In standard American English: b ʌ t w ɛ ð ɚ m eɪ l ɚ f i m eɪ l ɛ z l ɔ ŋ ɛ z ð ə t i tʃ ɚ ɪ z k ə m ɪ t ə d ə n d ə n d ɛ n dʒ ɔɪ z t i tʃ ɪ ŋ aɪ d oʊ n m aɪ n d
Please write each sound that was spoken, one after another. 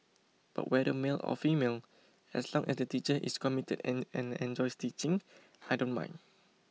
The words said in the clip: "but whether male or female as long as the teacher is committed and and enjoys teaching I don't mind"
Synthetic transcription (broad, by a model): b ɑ t w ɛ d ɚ m eɪ l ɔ f i m eɪ l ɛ s l ɔ ŋ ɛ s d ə t i tʃ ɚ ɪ s k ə m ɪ t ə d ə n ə n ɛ n dʒ ɔɪ s t i tʃ ɪ ŋ aɪ d oʊ n m aɪ n